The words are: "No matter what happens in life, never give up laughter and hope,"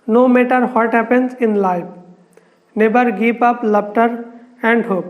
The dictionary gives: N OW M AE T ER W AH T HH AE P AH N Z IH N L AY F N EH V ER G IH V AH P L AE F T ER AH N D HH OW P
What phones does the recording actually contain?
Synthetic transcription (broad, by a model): N OW M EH T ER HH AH T HH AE P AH N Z IH N L AY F N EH B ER G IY P AH P L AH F T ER AH N D HH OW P